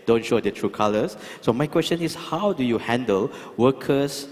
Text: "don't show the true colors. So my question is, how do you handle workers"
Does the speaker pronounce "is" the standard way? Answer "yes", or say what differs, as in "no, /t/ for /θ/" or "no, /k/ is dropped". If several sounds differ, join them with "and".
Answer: no, /s/ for /z/